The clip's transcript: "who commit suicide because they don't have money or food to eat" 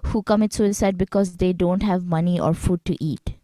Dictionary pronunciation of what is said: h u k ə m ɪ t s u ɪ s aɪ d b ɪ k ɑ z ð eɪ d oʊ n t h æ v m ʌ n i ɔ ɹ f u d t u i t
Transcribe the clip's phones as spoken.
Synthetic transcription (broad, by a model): h u k ə m ɪ t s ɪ s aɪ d b ɪ k ɑ z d eɪ d oʊ n t h æ v m ʌ n i ɔ ɹ f u d t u i t